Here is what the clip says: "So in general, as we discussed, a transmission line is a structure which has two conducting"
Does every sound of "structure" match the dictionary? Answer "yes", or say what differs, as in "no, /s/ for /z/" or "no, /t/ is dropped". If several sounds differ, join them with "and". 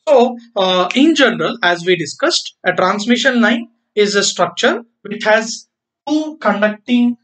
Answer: yes